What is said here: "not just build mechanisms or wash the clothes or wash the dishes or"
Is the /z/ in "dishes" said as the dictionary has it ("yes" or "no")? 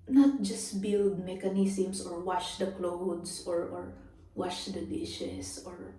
no